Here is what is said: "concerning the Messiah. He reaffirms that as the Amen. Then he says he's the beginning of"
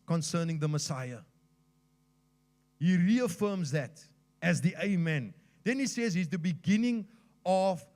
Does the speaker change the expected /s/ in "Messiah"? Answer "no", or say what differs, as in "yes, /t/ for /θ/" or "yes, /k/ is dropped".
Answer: no